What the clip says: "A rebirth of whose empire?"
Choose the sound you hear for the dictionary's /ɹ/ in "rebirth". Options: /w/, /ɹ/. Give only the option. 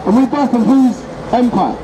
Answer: /w/